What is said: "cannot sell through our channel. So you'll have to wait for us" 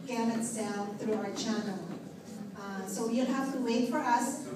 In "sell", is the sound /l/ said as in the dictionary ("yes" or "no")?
no